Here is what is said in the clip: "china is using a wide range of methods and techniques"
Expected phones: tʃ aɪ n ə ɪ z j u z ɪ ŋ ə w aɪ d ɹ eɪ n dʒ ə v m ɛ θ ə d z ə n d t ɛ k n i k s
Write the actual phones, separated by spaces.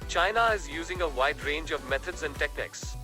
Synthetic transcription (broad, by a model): tʃ aɪ n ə ɪ z j u z ɪ ŋ ə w aɪ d ɹ eɪ n dʒ ə v m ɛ t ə d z ə n d t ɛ k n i k s